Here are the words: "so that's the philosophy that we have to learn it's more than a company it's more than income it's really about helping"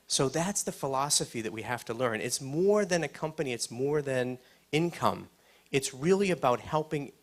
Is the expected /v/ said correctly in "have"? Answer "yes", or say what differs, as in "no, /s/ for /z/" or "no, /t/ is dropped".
no, /f/ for /v/